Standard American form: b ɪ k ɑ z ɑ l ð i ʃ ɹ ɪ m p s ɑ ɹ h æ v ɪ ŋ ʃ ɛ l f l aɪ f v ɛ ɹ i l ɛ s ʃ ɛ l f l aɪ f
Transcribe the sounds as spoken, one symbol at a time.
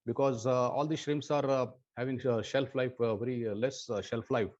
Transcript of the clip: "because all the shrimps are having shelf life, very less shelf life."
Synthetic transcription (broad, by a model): b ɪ k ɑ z ɑ l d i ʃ ɹ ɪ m s ɑ ɹ h æ v ɪ ŋ ʃ ɛ l f l aɪ f v ɛ ɹ i l ɛ s ʃ ɛ l f l aɪ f